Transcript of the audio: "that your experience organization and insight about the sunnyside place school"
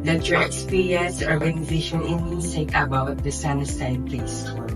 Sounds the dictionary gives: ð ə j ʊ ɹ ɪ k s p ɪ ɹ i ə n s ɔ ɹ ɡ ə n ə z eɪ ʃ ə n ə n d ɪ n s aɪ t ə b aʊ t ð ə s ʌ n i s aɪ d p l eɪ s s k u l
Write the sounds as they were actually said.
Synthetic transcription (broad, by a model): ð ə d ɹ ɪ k s p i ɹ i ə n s ɔ ɹ ɡ ə n ə z eɪ ʃ ə n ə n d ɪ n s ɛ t ə b aʊ t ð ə s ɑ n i s aɪ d p l eɪ s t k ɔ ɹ